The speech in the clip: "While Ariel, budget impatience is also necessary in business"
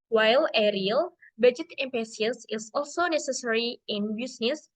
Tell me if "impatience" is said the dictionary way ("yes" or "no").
no